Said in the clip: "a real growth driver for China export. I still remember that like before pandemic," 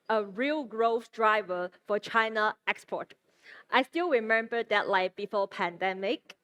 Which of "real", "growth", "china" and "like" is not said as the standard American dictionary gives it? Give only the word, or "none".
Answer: growth